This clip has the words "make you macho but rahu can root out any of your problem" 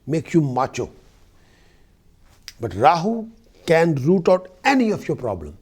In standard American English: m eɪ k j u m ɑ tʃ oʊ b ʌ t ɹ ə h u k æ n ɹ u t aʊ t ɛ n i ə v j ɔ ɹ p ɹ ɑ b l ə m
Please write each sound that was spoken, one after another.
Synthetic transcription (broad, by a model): m eɪ k j u m ɑ tʃ oʊ b ʌ t ɹ ə h u k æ n ɹ u t aʊ t ɛ n i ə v j ɔ ɹ p ɹ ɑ b l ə m